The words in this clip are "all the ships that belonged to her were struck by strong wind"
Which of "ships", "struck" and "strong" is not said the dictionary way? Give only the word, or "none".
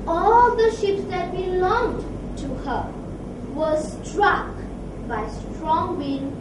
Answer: none